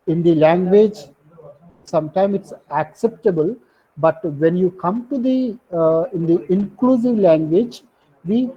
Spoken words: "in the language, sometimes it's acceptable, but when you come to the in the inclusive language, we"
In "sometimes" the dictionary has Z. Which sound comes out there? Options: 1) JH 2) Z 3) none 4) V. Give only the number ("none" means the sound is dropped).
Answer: 3